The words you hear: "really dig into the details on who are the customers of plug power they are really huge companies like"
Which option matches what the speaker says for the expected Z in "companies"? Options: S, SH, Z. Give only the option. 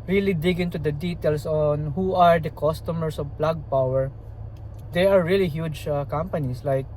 S